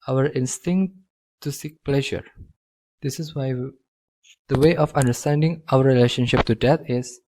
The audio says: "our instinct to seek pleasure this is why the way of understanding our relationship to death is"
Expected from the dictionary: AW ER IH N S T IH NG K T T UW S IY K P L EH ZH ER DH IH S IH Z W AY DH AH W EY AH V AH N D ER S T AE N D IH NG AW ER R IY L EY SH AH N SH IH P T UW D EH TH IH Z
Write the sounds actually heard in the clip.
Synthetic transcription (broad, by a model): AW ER IH N S T IH NG K T T UW S IY K P L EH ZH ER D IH S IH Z W AY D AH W EY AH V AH N D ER S T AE N D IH NG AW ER R IY L EY SH AH N SH IH P T UW D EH T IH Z